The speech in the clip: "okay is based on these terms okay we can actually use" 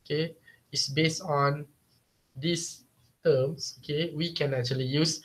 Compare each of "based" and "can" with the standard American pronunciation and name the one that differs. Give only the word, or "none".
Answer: none